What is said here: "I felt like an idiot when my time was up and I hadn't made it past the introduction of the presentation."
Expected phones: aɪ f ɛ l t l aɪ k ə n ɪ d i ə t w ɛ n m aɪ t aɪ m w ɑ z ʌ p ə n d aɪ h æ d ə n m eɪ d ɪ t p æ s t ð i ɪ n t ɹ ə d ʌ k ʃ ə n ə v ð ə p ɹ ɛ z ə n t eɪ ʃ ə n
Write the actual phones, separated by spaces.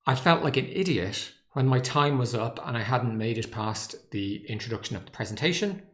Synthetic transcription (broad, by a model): aɪ f ɛ l t l aɪ k ə n ɪ d i ə t w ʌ n m aɪ t aɪ m w ɑ z ʌ p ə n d aɪ h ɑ d n m eɪ d ɪ t p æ s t ð i ɪ n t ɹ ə d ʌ k ʃ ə n ə v ð ə p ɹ ɛ z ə n t eɪ ʃ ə n